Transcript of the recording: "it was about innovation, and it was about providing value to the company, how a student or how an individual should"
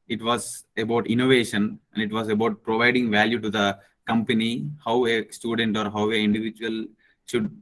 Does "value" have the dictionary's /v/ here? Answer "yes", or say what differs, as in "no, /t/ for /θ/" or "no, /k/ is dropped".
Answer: yes